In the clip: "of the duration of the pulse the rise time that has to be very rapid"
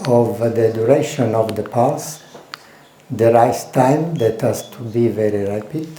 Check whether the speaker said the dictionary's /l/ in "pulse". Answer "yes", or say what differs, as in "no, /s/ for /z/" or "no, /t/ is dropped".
no, /l/ is dropped